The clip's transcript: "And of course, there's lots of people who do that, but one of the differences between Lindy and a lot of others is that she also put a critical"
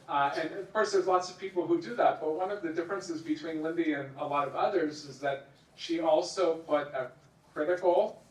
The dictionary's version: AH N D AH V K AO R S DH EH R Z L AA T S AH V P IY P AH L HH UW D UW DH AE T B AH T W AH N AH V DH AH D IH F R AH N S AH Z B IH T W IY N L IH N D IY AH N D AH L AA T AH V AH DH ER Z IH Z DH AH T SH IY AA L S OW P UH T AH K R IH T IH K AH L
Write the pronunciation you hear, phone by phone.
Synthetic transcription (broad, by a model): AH N AH V K AO R S DH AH R Z L AA T S AH V P IY P L HH UW D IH DH AE T B AH T W AH N AH V DH AH D IH F R AH N S AH Z B IH T W IY N L IH N D IY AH N AH L AA T AH V AH DH ER Z IH Z DH AH T SH IY AA L S OW P UH T AH K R IH T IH K L